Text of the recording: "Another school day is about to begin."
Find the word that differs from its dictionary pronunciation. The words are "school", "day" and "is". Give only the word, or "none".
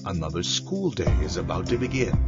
none